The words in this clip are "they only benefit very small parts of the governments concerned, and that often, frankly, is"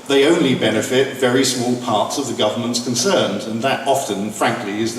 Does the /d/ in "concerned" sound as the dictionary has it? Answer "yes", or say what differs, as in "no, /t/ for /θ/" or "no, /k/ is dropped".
yes